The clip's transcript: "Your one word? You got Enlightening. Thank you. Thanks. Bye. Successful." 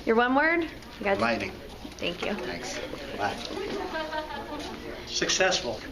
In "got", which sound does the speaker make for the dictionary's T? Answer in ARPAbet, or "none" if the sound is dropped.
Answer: none